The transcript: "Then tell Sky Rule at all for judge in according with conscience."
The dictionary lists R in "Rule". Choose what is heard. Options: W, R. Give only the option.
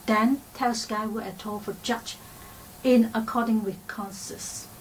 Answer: W